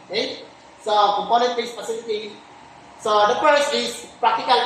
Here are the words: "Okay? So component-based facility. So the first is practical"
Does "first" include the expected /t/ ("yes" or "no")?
no